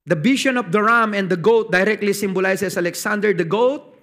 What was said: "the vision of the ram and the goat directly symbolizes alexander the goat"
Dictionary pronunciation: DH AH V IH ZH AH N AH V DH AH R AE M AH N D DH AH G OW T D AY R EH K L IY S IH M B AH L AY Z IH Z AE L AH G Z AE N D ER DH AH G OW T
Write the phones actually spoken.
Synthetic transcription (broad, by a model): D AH B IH SH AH N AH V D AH R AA M AH N D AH G OW T D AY R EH K L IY S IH M B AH L AY S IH S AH L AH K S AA N D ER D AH G OW T